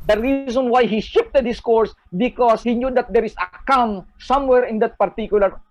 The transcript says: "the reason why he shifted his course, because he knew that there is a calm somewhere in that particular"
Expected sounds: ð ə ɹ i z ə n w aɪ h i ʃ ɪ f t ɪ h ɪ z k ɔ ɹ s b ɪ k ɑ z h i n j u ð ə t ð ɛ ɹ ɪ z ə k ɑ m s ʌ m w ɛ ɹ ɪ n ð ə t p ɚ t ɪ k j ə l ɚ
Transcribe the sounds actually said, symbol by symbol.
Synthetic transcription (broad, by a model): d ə ɹ i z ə n w aɪ h i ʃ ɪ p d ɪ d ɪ s k ɔ ɹ s b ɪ k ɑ s h i n j u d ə t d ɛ ɹ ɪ s ə k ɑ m s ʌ m w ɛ ɹ ɪ n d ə t p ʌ t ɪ k j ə l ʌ